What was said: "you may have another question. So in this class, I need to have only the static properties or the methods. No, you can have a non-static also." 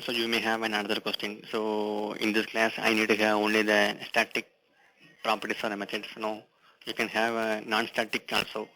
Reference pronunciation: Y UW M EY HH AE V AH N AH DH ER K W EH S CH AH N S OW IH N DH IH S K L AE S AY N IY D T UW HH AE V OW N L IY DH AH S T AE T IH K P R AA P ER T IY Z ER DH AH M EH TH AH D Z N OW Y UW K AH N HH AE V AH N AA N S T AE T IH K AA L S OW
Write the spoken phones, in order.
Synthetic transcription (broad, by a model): Y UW M EY HH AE V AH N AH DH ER K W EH S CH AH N S OW IH N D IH S K L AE S AY N IY D T UW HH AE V OW N L IY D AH S T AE T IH K P R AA P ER T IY S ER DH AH M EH T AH D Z N OW Y UW K AH N HH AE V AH N AA N S T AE T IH K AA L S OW